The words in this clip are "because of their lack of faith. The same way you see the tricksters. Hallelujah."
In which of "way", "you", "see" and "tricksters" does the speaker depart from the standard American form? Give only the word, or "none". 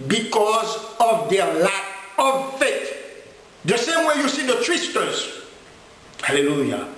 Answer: tricksters